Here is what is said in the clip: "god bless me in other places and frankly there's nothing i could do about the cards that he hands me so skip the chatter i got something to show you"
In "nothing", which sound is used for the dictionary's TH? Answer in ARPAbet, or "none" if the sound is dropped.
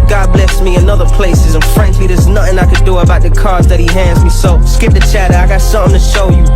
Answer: TH